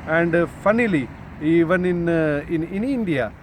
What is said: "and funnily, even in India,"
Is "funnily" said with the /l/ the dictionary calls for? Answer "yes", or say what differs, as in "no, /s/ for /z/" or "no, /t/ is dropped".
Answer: yes